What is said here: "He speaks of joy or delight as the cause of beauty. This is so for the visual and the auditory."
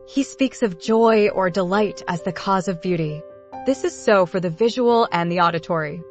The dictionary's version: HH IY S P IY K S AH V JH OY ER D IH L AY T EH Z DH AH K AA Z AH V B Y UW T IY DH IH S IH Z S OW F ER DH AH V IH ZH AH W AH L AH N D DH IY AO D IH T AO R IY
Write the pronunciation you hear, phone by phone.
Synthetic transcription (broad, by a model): HH IY S P IY K S AH V JH OY ER D IH L AY T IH Z DH AH K AA Z AH V B Y UW T IY DH IH S IH Z S OW F ER DH AH V IH ZH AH W L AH N DH IY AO D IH T AO R IY